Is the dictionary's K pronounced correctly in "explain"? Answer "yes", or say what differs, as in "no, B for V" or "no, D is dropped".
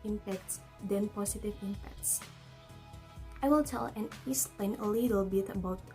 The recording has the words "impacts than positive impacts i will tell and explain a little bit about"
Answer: no, K is dropped